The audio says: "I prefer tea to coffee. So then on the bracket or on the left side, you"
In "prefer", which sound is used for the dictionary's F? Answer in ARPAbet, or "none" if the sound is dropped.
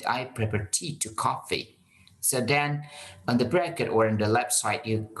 P